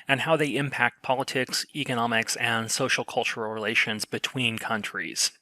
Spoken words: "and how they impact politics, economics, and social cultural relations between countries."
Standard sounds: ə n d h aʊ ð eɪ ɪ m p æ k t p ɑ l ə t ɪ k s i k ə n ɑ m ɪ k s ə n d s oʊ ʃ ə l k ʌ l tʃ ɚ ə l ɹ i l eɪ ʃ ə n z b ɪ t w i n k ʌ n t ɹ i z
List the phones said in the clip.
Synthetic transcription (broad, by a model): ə n h aʊ ð eɪ ɪ m p æ k t p ɑ l ə t ɪ k s i k ə n ɑ m ɪ k s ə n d s oʊ ʃ l k ʌ l tʃ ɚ l ɹ i l eɪ ʃ ə n z b ɪ t w i n k ʌ n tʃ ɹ i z